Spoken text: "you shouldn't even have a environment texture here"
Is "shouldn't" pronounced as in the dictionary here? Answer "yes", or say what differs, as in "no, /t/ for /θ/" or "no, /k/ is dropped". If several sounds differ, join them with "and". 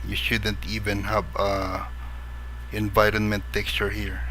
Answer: yes